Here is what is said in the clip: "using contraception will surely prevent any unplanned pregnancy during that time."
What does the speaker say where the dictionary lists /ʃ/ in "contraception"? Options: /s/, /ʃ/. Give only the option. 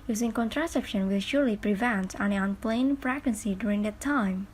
/ʃ/